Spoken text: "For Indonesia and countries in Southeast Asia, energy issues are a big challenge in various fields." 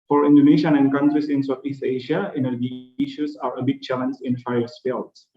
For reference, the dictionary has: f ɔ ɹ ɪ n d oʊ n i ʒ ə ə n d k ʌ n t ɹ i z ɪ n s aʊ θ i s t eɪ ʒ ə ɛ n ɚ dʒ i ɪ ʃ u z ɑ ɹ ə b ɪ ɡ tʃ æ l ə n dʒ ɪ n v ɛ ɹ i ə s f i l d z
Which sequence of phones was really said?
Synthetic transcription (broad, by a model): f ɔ ɹ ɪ n d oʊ n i ʃ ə ə n d k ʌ n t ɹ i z ɪ n s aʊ t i s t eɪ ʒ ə ɛ n ɚ dʒ i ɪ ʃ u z ɑ ɹ ə b ɪ ɡ tʃ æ l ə n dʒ ɪ n f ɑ i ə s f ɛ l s